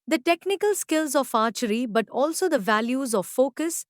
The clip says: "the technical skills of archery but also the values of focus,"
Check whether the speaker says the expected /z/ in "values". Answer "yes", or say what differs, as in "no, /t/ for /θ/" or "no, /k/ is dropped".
yes